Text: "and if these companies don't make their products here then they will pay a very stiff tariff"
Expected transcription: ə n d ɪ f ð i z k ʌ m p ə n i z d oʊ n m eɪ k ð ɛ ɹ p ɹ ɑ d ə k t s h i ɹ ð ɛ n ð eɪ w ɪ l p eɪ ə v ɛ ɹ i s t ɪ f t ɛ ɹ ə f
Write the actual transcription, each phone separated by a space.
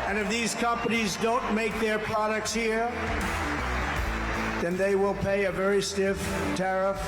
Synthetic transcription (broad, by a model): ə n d ɪ f ð i z k ʌ m p ə n i z d oʊ n m eɪ k ð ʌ ɹ p ɹ ɑ d ə k t s h i ɹ ð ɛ n ð eɪ w ɪ l p eɪ ə v ɛ ɹ i s t ɪ f t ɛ ɹ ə f